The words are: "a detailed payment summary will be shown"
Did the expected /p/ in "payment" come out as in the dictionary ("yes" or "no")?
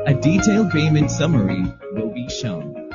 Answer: no